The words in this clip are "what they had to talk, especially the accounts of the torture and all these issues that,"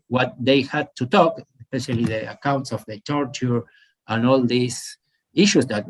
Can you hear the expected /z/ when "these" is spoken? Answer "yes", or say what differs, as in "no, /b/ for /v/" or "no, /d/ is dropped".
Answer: no, /s/ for /z/